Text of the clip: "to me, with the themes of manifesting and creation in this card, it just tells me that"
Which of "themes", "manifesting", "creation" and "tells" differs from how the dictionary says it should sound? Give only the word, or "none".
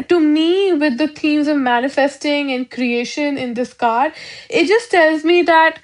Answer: themes